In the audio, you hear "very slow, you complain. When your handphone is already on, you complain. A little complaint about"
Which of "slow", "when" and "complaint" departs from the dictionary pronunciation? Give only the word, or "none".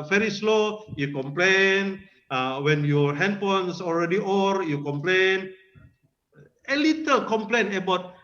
complaint